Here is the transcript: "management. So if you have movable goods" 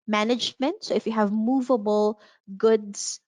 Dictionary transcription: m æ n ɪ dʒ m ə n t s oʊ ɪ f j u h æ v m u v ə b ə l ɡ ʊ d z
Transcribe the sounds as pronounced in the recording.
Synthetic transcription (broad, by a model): m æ n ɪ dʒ m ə n t s oʊ ɪ f j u h æ v m u v ə b ə l ɡ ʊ d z